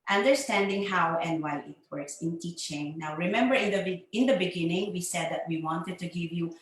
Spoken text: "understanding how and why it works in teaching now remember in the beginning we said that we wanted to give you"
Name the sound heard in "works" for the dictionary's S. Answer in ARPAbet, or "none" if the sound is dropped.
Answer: S